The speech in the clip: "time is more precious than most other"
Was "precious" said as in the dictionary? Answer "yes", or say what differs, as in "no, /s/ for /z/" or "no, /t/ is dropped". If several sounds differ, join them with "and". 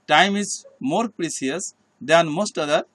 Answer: no, /s/ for /ʃ/